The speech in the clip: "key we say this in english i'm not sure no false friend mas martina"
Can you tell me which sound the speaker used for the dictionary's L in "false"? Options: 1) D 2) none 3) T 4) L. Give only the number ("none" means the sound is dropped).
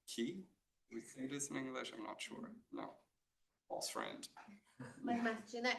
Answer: 2